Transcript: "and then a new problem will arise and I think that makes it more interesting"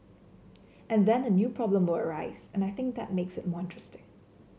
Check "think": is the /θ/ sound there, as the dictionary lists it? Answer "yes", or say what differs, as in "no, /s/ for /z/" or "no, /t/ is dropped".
yes